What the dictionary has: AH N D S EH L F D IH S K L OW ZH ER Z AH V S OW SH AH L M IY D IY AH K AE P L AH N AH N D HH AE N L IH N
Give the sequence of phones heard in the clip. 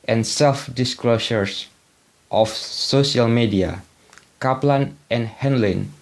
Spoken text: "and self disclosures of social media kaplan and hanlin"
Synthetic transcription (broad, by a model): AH N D S EH L F D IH S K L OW SH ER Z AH F S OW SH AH L M IY D IY AH K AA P L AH N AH N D HH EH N L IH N